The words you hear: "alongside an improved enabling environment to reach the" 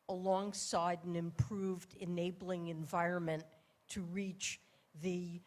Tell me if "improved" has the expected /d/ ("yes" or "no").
yes